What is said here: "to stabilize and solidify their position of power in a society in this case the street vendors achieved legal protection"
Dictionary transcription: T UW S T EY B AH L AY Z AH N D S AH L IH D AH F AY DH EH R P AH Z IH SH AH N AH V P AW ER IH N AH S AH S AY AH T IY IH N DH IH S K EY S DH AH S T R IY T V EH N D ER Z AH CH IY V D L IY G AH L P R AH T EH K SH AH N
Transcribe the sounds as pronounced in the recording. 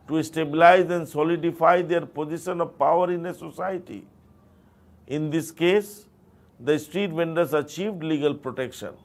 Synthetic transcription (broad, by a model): T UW S T EY B AH L AY Z AH N D S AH L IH D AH F AY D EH R P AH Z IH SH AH N AH V P AW ER IH N AH S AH S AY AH T IY IH N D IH S K EY S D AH S T R IY T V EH N D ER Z AH CH IY V D L IY G AH L P R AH T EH K SH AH N